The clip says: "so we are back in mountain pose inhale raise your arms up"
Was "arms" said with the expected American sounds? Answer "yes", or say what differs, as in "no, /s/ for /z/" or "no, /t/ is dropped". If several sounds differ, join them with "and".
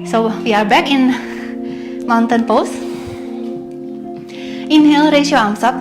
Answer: no, /s/ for /z/